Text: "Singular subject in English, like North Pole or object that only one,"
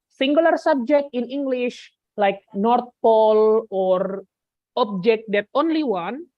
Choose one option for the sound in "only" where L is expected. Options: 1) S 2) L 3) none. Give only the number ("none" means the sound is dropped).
2